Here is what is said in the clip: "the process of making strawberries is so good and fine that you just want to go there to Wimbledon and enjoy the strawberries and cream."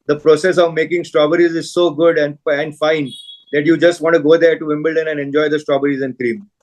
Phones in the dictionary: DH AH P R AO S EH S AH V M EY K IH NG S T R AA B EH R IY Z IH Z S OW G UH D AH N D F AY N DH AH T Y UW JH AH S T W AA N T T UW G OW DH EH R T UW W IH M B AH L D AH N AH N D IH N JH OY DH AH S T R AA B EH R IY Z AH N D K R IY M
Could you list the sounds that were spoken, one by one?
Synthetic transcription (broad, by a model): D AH P R AO S EH S AH V M EY K IH NG S T R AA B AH R IY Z IH Z S OW G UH D AH N D F AY N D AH T Y UW JH AH S T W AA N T T UW G OW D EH R T UW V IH M B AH L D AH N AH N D IH N JH OY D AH S T R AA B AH R IY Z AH N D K R IY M